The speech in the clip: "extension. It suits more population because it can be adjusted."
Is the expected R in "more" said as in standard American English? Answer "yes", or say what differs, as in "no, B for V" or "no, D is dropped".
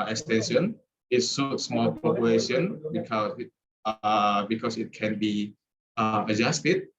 no, L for R